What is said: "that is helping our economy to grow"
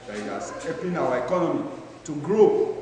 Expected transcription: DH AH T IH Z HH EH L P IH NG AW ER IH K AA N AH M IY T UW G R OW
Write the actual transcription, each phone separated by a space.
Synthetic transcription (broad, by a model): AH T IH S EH P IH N AW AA IH K AA N AH M IY T UW G R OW